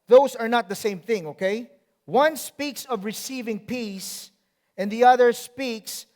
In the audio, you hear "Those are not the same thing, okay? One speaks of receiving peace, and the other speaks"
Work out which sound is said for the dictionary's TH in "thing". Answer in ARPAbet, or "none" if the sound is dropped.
TH